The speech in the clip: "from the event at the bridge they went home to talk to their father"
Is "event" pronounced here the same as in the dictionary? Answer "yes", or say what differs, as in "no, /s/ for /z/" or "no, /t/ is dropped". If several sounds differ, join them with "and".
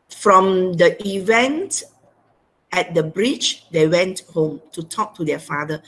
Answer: yes